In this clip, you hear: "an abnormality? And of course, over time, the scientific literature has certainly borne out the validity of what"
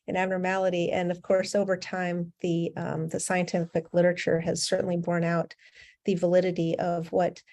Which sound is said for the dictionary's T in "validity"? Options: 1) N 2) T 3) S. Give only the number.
2